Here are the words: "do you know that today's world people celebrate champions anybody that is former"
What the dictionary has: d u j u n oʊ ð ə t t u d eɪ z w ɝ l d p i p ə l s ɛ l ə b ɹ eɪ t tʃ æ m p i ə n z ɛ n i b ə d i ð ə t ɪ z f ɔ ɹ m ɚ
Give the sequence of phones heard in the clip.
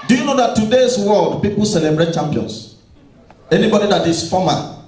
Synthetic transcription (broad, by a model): d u j u n oʊ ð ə t t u d eɪ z w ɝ l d p i p ə l s ɛ l ə b ɹ eɪ t tʃ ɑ m p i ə n s ɛ n i b ə d i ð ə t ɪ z f ɔ m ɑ